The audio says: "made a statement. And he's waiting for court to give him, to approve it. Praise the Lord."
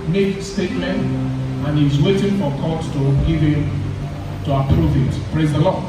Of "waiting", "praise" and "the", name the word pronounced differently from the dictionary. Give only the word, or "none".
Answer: none